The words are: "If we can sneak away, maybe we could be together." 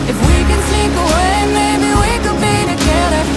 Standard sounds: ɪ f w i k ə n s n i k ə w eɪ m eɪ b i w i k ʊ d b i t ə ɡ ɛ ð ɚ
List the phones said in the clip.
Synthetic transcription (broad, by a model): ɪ f w i k ə n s i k ə w eɪ m eɪ b i w i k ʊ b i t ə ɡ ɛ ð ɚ